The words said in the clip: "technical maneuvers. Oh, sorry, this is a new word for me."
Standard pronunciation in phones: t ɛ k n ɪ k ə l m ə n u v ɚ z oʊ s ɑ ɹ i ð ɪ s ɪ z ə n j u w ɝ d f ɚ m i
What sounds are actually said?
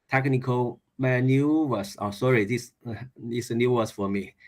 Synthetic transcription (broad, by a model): t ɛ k n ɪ k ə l m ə n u w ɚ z oʊ s ɑ ɹ i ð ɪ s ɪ s ə n j u w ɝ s f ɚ m i